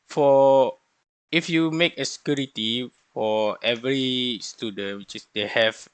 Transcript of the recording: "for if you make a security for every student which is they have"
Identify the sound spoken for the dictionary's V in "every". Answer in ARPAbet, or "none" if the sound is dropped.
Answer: V